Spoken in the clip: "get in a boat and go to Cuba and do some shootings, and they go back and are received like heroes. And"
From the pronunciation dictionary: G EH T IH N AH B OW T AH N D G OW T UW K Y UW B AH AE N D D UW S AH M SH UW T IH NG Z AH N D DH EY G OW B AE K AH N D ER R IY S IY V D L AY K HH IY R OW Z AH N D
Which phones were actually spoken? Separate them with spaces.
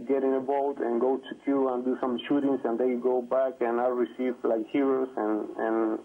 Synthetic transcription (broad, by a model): G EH T IH N AH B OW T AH N G OW T UW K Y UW AH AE N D D UW S AH M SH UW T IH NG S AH N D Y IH G OW B AE K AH N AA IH R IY S IY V L AY K HH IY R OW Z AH N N